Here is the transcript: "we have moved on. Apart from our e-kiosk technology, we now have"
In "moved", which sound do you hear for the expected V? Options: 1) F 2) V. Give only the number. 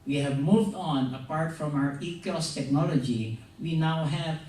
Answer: 2